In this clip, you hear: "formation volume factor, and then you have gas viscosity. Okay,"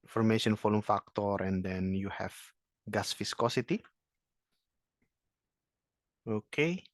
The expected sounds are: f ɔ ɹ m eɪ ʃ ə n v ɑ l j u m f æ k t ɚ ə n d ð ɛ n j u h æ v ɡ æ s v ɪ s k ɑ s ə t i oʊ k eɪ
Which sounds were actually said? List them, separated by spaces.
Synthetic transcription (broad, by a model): f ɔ ɹ m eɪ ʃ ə n f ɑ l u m f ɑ k t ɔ ə n d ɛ n j u h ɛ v ɡ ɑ s f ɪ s k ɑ s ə t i oʊ k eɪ